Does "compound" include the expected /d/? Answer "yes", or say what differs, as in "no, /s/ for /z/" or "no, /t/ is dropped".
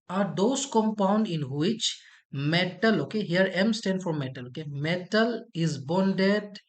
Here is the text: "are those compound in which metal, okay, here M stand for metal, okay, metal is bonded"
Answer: yes